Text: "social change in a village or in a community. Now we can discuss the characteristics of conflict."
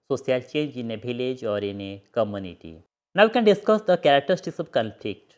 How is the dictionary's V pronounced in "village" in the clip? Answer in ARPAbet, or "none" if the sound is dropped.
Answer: B